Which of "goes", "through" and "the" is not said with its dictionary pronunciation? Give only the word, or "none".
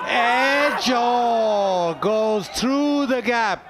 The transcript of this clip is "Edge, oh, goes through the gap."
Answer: none